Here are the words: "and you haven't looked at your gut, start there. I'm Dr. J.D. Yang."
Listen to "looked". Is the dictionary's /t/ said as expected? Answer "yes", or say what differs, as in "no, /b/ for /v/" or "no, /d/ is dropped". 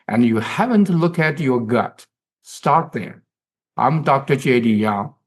no, /t/ is dropped